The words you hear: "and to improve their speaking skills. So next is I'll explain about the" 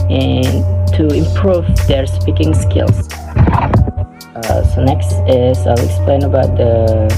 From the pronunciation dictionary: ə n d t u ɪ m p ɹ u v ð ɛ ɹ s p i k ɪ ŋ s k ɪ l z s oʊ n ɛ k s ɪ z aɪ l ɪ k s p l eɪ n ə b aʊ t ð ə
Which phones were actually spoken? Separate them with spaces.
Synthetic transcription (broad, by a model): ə n t u ɪ m p ɹ u v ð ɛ ɹ s p i k ɪ ŋ s k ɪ l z s oʊ n ɛ k s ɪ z aɪ l ɪ k s p l eɪ n ə b aʊ t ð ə